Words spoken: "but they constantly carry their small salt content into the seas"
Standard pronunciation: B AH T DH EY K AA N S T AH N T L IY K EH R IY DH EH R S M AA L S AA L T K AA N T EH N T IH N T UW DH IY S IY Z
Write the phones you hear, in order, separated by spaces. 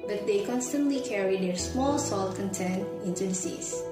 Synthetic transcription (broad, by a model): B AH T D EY K AA N S T AH N T L IY K EH R IY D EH R S M AA L S AA L T K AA N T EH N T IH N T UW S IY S